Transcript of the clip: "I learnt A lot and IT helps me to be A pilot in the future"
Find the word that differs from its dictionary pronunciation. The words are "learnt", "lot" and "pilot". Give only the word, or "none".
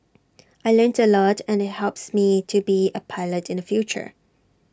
none